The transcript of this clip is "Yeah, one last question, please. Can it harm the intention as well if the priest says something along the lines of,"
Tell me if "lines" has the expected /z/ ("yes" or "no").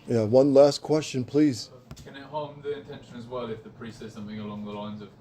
yes